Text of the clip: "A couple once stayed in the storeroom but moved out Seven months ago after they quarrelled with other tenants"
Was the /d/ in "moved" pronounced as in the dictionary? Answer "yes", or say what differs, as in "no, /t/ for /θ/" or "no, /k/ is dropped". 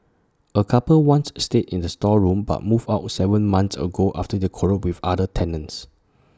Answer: no, /d/ is dropped